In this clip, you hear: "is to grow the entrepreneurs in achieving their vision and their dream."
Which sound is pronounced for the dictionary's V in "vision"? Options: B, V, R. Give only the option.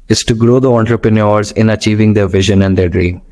V